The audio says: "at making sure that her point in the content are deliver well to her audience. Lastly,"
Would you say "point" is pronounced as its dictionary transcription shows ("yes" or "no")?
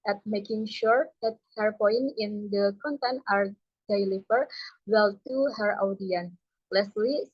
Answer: no